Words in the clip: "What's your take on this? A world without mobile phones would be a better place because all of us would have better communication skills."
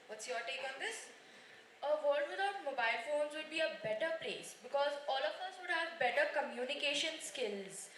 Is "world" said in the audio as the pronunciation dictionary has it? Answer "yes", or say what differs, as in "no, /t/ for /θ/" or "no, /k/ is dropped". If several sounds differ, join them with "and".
no, /l/ is dropped